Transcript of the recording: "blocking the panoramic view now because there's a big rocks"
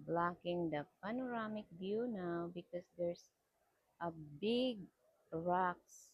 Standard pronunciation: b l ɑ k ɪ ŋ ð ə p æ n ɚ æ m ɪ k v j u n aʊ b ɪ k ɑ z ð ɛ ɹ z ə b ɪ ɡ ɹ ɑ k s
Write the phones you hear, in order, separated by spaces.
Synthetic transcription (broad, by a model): b l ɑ k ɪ ŋ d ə p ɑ n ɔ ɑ m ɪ k b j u n aʊ b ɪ k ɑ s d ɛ ɹ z ə b ɪ ɡ ɹ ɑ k s